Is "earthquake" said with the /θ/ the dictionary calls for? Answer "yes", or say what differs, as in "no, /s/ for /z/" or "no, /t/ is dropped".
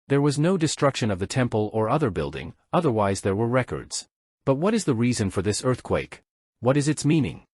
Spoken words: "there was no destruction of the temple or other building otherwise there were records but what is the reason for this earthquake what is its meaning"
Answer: yes